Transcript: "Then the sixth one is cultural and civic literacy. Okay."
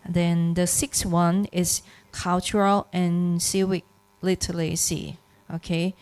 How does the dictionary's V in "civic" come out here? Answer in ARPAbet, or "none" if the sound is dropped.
W